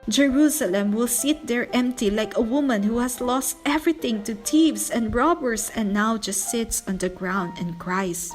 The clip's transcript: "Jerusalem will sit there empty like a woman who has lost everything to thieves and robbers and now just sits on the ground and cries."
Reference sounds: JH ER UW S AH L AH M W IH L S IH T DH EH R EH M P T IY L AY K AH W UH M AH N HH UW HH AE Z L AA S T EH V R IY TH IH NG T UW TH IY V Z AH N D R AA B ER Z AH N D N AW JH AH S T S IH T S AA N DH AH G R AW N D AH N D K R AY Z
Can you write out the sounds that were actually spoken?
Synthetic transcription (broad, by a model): JH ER UW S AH L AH M W IH L S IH T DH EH R EH M P T IY L AY K AH W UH M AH N HH UW HH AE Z L AA S T EH V R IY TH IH NG T UW T IY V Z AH N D R AA B ER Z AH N N AW JH AH S T S IH T S AA N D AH G R AW N D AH N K R AY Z